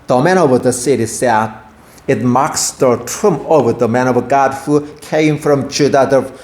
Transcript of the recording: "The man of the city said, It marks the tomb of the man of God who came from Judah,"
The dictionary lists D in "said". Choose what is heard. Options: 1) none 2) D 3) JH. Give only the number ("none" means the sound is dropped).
1